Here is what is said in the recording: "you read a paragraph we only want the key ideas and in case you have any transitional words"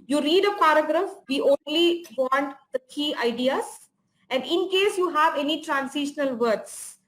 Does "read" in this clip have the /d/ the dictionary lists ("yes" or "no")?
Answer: yes